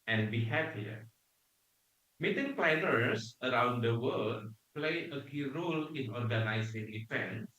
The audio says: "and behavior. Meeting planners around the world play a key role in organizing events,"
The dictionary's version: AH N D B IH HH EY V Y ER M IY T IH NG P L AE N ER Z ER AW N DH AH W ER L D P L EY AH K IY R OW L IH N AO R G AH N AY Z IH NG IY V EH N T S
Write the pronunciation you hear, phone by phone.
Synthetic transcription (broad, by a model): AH N B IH HH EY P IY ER M IY T IH NG P L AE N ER S ER AW N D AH W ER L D P L EY AH K IY R OW L IH N AO R G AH N AY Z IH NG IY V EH N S